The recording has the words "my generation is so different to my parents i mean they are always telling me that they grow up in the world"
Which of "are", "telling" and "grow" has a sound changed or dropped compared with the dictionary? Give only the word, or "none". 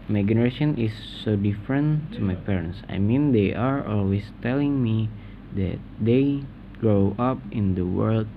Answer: none